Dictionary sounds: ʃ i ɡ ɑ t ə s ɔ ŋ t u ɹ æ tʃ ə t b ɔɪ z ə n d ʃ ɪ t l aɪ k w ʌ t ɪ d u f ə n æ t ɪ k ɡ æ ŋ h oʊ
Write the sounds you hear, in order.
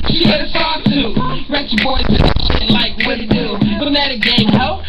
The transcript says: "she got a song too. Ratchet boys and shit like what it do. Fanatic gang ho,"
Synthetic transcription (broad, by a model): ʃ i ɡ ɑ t ə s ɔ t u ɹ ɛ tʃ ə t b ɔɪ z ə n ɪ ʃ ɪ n l aɪ k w ɪ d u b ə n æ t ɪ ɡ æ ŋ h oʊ